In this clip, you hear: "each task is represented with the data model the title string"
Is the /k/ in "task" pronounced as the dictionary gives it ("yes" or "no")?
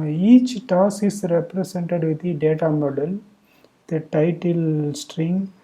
no